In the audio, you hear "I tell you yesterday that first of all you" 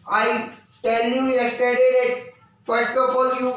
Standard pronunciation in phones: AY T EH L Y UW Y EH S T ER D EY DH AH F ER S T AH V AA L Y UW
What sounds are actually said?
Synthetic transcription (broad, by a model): AY T EH L Y UW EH T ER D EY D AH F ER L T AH F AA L Y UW